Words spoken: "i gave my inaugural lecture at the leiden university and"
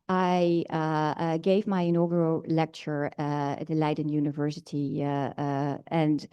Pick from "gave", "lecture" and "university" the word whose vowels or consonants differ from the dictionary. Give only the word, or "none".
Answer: none